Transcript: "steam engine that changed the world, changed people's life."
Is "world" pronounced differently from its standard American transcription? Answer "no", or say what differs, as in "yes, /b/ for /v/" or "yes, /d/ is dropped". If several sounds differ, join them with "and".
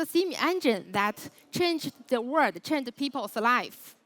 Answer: yes, /l/ is dropped